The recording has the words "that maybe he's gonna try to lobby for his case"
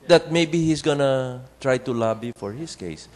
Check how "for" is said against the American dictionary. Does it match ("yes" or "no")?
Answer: yes